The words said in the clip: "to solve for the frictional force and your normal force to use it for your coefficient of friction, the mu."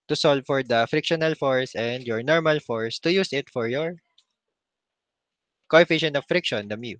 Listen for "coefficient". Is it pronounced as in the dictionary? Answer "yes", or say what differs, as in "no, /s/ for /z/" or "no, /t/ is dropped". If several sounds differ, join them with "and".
no, /t/ is dropped